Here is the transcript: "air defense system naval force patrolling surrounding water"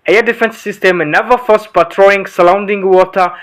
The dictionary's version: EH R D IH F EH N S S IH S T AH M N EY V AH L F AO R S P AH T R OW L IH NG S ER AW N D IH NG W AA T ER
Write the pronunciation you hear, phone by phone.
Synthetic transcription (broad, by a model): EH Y D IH F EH N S S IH S T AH M N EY V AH F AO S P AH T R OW IH NG S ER AW N D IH NG W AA T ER